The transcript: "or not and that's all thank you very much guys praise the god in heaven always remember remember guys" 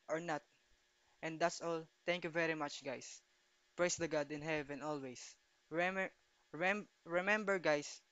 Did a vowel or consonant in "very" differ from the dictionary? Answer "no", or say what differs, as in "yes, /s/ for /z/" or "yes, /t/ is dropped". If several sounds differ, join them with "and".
no